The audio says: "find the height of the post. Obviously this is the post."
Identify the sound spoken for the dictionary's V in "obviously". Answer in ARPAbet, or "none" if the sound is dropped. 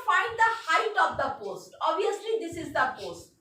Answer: none